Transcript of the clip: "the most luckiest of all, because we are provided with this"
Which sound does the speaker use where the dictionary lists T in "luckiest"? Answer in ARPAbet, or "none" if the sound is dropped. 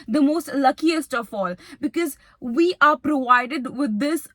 T